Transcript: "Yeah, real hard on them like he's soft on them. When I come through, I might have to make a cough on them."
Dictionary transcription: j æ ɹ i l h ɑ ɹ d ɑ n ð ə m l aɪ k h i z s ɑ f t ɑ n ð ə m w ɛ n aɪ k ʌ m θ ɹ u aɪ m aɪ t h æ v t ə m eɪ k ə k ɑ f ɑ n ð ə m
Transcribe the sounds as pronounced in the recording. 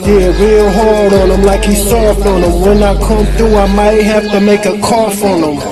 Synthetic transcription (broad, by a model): j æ ɹ i l h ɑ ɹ d n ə m l aɪ k h i s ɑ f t n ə m w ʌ n aɪ k ʌ m θ ɹ u aɪ m aɪ t h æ f t ə m eɪ k ə k ɑ f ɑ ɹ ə m